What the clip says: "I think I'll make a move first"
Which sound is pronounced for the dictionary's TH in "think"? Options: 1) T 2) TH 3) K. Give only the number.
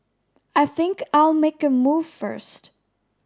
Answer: 2